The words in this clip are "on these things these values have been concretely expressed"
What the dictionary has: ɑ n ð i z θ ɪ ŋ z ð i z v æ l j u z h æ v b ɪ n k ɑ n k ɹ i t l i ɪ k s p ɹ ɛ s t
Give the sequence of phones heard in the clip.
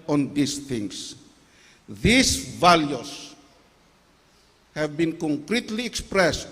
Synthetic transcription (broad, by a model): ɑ n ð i s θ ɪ ŋ s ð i s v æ l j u s h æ v b ɪ n k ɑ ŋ k ɹ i t l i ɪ k s p ɹ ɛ s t